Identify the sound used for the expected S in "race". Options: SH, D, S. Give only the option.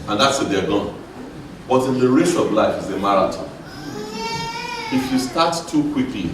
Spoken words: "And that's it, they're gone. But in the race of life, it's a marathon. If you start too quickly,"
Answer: SH